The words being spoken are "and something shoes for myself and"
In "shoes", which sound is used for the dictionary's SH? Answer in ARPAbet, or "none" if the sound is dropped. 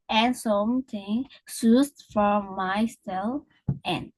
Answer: S